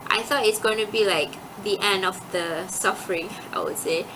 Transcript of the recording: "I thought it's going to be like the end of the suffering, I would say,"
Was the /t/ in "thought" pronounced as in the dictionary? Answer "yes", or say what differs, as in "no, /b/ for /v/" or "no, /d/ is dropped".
no, /t/ is dropped